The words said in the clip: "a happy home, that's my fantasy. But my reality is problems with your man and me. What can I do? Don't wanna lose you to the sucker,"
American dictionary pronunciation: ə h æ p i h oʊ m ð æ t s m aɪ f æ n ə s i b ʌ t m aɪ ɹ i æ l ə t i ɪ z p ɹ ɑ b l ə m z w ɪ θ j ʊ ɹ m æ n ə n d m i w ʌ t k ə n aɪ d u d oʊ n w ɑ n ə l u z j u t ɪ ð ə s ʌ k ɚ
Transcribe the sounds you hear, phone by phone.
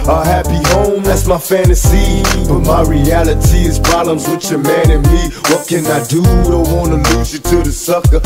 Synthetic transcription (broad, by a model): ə h æ p i h oʊ m ð æ t s m aɪ f æ n ə s i b ʌ t m aɪ ɹ i æ l ə t i ɪ z p ɹ ɑ b l ə m z w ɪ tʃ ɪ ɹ m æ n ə n m i w ʌ t k ə n aɪ d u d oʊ w ɑ n ə l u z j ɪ t ɪ ð ə s ʌ k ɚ